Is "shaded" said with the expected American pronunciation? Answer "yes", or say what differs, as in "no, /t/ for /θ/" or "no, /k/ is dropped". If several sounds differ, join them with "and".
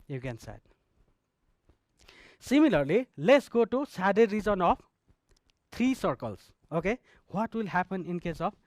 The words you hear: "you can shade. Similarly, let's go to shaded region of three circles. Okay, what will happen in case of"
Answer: no, /s/ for /ʃ/